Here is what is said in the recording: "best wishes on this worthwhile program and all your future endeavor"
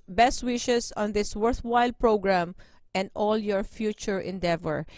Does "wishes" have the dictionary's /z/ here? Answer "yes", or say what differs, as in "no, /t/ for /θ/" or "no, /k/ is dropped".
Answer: no, /s/ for /z/